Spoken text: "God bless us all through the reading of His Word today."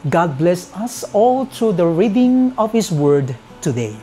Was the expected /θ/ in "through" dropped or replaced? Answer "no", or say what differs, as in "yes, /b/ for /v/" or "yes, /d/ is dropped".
yes, /t/ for /θ/